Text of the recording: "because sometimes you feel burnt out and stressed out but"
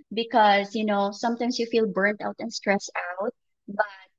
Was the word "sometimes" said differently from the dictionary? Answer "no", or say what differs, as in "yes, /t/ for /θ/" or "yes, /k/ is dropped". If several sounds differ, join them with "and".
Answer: yes, /s/ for /z/